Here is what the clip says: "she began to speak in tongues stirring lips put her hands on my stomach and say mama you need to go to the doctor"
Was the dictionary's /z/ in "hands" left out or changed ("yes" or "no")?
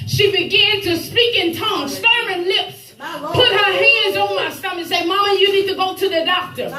no